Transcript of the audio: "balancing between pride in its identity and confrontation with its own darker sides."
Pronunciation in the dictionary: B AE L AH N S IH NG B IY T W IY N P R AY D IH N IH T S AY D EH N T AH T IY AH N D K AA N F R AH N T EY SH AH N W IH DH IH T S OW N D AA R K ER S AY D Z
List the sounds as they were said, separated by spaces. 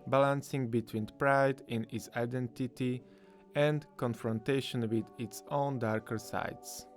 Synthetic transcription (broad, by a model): B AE L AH N S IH NG B IY T W IY N P R AY D IH N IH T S AY D EH N T AH T IY AH N D K AA N F R AH N T EY SH AH N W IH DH IH T S OW N D AA R K ER S AY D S